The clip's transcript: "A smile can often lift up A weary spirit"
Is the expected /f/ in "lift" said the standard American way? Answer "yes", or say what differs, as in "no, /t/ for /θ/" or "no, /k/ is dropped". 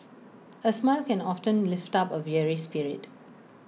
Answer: yes